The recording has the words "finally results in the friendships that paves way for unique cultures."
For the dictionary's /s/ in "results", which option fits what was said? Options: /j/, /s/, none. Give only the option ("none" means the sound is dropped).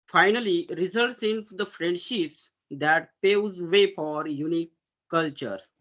/s/